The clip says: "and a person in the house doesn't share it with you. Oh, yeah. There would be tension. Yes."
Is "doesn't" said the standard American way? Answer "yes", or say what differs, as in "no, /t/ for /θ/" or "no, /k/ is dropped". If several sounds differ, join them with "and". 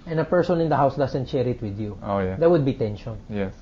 no, /s/ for /z/